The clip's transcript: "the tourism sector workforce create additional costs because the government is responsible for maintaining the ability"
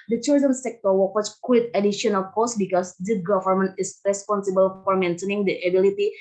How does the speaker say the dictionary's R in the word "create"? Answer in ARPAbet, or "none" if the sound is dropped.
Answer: W